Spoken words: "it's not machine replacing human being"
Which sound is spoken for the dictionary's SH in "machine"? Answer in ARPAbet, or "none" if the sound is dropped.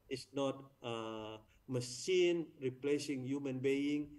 S